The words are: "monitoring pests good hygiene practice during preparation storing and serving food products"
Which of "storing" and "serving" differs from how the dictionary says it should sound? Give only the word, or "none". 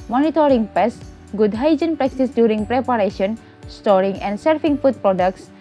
serving